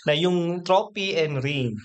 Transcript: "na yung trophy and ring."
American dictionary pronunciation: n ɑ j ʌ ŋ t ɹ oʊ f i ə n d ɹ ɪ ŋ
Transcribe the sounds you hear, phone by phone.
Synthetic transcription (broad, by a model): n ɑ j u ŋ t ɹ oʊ p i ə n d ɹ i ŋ